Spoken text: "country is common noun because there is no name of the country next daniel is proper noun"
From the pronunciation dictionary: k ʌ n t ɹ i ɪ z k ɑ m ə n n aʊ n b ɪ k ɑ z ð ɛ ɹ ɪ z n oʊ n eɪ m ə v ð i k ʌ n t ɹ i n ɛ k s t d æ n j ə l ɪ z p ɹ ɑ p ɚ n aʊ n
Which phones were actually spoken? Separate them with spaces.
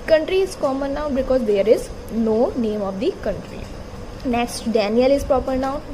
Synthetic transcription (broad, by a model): k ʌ n t ɹ i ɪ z k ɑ m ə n n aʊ b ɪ k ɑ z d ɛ ɹ ɪ z n oʊ n eɪ m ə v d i k ʌ n t ɹ i n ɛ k s t d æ n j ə l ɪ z p ɹ ɑ p ɚ n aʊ